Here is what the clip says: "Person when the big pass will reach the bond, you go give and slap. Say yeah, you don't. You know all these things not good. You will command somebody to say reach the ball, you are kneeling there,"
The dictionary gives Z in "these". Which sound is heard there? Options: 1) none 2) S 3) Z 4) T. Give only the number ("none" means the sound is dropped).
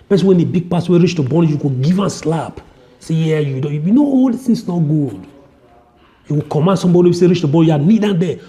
1